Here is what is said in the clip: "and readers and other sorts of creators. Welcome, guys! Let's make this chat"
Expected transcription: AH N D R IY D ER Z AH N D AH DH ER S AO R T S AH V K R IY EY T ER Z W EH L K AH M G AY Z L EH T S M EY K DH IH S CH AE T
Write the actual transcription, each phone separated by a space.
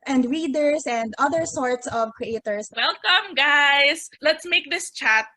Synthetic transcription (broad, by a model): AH N D R IY D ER S AH N D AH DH ER S AO R T S AH V K R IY EY T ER S W EH L K AH M G AY S L EH T S M EY K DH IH S CH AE T